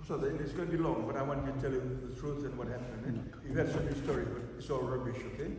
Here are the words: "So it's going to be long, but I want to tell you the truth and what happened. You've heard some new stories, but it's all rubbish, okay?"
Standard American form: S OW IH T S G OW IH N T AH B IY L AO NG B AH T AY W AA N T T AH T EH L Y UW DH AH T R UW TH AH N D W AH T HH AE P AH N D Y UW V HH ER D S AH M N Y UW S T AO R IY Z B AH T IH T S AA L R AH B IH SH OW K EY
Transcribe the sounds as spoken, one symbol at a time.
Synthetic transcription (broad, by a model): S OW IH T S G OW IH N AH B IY L AO NG B AH T AY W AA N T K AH T EH L Y UW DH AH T R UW S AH N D W AH T HH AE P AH N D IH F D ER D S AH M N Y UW S T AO R IY B AH T IH T S AA L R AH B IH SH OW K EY